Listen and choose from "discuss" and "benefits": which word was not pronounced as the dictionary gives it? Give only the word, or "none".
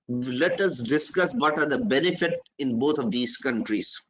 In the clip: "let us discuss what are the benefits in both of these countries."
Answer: benefits